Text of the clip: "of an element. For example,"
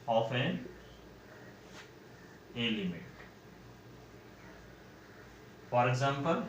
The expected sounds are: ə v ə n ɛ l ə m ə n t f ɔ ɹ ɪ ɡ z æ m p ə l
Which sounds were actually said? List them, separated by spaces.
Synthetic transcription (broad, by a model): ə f ə n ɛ l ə m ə t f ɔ ɹ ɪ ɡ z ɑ m p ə l